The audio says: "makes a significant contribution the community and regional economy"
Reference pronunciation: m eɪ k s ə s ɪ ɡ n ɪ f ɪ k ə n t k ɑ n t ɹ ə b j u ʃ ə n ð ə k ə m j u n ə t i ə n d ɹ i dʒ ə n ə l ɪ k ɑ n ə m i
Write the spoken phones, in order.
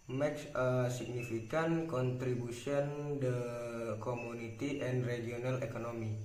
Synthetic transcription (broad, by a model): m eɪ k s ə s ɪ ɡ n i f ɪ k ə n k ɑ n t ɹ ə b u s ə n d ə k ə m u n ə t i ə n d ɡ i ə n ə l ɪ k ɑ n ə m i